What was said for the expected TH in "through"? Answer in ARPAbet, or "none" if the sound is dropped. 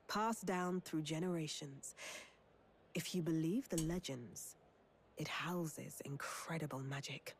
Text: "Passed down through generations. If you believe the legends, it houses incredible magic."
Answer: TH